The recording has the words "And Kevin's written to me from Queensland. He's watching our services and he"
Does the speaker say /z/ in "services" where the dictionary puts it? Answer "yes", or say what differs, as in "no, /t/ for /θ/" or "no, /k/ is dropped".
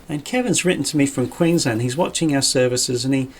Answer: yes